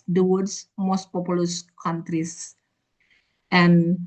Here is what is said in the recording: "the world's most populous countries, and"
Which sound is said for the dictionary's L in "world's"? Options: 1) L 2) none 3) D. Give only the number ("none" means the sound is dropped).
2